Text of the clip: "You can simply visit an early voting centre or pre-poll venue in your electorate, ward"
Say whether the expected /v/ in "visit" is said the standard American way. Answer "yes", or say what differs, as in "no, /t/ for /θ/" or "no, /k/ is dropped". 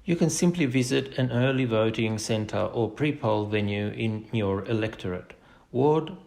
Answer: yes